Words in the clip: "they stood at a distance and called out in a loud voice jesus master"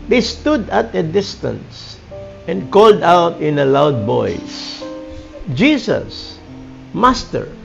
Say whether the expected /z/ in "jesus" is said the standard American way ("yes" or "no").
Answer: no